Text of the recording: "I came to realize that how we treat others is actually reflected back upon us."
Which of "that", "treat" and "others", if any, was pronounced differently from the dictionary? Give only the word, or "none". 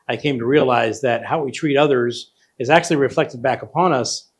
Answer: none